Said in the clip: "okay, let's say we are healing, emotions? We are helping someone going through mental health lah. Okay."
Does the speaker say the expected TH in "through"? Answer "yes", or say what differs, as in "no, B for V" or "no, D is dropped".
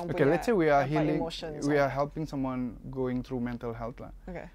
no, T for TH